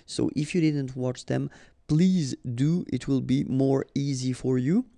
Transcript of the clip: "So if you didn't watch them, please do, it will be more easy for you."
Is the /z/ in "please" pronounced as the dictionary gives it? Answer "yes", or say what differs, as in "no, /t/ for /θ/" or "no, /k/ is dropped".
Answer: yes